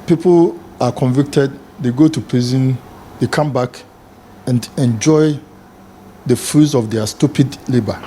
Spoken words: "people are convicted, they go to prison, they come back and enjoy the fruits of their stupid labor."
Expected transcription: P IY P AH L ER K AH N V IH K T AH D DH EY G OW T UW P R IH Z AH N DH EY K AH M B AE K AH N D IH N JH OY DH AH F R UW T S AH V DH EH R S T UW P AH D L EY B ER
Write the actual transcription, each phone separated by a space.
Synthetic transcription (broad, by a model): P IY P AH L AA K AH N V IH K T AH D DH EY G OW T UW P L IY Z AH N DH EY K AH M B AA K AH N D IH N JH OY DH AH F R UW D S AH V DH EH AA S T UW P AH D L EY B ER